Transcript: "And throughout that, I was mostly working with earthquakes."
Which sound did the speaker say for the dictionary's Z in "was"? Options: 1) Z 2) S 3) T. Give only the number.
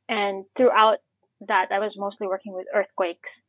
1